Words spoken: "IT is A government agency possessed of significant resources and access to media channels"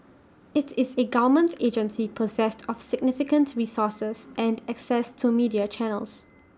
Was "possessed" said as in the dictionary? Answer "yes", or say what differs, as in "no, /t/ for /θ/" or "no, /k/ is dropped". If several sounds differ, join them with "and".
yes